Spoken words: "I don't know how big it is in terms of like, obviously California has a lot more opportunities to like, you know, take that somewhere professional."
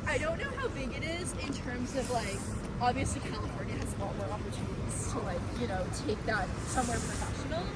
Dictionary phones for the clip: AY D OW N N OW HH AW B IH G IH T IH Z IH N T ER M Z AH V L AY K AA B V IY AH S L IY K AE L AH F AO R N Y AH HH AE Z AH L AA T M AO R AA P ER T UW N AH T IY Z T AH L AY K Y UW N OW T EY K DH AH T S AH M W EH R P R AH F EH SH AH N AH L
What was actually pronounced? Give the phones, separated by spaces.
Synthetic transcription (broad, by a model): AY D OW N N OW HH AW B IH G IH T IH Z IH N T ER M Z AH V L AY K AA B V IY AH S L IY K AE L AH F AO R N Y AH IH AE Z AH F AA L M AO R AA P ER T UW N AH T IY Z T AH L AY K Y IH N OW T EY K DH AH T S AH M W EH R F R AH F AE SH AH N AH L